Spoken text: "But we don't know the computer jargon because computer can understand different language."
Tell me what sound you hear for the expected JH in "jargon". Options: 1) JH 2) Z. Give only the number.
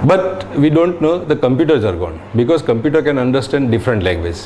2